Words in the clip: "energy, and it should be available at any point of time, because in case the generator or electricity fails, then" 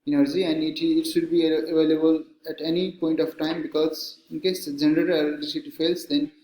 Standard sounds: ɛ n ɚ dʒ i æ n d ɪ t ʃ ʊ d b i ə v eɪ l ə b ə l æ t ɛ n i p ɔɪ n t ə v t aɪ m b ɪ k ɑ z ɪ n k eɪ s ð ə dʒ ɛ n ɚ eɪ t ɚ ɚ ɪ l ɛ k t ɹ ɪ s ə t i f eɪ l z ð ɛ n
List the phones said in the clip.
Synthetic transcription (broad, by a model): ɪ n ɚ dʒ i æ n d ɪ t ʃ ʊ d b i ə v eɪ l ə b ə l æ t ɛ n i p ɔɪ n t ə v t aɪ m b ɪ k ɑ z ɪ n k eɪ s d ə dʒ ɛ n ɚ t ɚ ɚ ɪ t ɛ t l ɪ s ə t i f eɪ l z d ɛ n